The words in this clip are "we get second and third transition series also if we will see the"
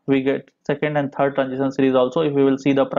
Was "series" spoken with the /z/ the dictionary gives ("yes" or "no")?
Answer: yes